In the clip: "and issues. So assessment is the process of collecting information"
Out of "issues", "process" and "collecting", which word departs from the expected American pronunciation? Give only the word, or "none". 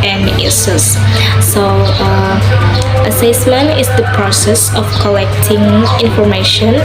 issues